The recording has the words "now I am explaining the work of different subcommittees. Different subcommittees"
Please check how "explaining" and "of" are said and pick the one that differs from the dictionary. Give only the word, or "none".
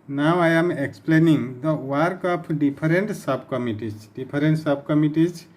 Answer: of